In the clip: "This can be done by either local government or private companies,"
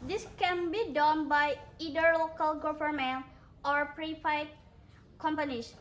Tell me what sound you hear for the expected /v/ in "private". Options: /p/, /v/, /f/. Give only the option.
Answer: /f/